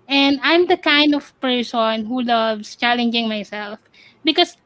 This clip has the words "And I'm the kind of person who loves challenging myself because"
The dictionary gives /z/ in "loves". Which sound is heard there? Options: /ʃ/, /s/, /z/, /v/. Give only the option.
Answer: /s/